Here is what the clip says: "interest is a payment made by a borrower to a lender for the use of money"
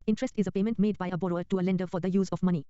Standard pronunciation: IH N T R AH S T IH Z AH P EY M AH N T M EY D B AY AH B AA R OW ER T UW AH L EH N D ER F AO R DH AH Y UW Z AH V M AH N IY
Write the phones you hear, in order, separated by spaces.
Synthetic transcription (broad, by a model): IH N T R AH S T IH Z AH P EY M AH N T M EY D B AY AH B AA R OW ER T UW AH L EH N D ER F AO R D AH Y UW Z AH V M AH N IY